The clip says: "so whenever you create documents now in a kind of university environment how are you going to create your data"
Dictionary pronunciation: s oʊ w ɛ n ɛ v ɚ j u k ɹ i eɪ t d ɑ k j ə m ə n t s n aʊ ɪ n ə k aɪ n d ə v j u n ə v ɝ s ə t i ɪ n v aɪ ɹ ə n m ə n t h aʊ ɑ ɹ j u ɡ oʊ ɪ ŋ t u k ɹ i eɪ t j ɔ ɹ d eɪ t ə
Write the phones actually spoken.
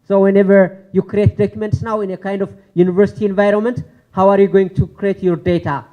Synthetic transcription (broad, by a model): s oʊ w ɛ n ɛ v ɚ j u k ɹ i eɪ t d ɑ k j ə m ə n t s n aʊ ɪ n ə k aɪ n d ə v j u n ə v ɝ s ə t i ɪ n v aɪ ɹ ə n m ə n t h aʊ ɑ ɹ j u ɡ oʊ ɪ ŋ t u k ɹ i eɪ t j ɔ ɹ d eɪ t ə